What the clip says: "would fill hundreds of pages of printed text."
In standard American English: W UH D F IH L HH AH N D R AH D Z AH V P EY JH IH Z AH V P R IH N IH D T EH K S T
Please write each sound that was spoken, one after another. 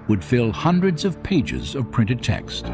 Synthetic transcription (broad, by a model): W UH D F IH L HH AH N D R AH D Z AH V P EY JH IH Z AH V P R IH N IH D T EH K S T